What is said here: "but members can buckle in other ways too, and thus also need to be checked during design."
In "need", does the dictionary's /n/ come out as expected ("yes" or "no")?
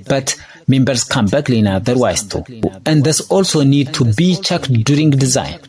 yes